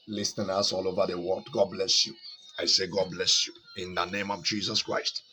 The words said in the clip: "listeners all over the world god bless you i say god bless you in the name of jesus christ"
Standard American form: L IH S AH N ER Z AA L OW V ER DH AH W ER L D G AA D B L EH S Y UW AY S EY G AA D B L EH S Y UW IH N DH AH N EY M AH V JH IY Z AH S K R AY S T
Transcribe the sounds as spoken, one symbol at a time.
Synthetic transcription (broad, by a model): L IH S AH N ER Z AA L OW V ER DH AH W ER D G AA D B L EH S Y UW AY S EY G AA D B L EH S Y UW IH N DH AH N EY M AH V JH IY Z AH S K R AY S T